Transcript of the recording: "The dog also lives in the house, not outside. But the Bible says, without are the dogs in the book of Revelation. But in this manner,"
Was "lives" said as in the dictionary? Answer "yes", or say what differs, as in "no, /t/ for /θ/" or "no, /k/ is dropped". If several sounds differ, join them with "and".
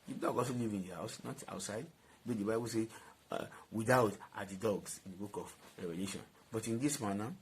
no, /z/ is dropped